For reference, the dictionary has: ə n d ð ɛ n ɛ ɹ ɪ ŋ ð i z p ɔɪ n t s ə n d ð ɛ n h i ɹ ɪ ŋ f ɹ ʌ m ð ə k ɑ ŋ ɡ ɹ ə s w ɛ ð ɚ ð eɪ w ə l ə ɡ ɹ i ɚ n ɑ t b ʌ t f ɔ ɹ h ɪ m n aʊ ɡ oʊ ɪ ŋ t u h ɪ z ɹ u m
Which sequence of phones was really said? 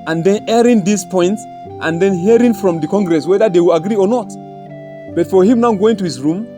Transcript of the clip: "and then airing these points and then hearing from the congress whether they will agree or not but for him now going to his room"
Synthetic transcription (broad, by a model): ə n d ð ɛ n ɛ ɹ ɪ ŋ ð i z p ɔɪ n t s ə n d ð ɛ n h i ɹ ɪ ŋ f ɹ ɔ m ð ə k ɑ ŋ ɡ ɹ ə s w ɛ ð ɚ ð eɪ w ə l ə ɡ ɹ i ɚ n ɑ t b ʌ t f ɔ ɹ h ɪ m n aʊ ɡ oʊ ɪ ŋ t u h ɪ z ɹ u m